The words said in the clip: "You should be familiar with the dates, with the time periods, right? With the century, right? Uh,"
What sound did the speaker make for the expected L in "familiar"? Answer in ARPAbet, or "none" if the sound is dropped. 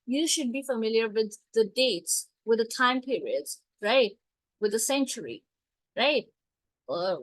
L